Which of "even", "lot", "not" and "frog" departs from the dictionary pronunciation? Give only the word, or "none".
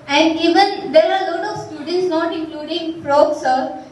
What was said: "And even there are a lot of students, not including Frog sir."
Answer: frog